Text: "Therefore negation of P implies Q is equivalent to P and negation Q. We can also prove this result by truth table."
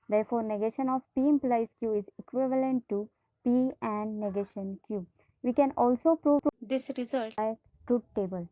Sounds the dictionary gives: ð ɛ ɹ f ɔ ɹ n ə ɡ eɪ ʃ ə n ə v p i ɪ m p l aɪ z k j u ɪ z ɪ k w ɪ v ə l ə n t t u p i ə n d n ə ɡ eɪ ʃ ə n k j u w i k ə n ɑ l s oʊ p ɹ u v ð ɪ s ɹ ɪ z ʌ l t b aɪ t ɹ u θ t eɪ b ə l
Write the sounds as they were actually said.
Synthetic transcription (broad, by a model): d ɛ ɹ f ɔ ɹ n ə ɡ eɪ ʃ ə n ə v p i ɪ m p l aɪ s k j u ɪ z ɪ k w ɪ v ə l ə n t t u p i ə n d n ə ɡ eɪ ʃ ə n k j u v i k ə n ɑ l s oʊ p ɹ u v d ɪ s ɹ ɪ z ʌ l t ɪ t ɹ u t t eɪ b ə l